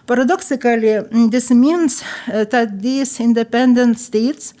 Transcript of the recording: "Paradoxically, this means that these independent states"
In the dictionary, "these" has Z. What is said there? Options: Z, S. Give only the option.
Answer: S